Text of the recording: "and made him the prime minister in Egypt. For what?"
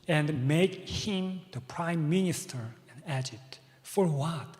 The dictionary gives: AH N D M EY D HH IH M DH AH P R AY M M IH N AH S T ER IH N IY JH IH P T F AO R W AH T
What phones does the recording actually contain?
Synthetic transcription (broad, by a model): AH N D M EY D HH IH M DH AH P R AY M M IH N AH S T ER IH N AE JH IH T F AO R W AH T